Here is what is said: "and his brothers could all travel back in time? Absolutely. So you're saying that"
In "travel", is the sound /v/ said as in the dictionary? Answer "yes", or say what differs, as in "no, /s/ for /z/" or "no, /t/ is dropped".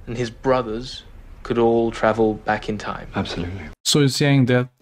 yes